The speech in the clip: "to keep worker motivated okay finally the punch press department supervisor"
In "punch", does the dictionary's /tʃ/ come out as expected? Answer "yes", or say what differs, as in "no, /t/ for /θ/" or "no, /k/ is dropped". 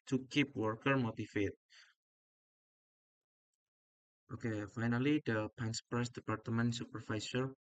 no, /s/ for /tʃ/